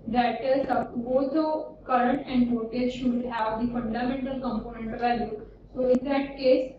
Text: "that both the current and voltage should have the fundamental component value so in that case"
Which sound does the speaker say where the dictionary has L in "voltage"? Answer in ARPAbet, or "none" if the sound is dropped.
none